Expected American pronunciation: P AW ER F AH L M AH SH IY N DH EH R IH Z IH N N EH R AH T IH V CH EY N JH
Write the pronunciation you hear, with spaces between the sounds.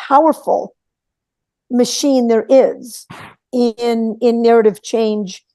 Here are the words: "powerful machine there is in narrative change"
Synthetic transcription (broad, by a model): AW ER F L M AH SH IY N DH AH R IH Z IH N N EH R AH T IH V CH EY N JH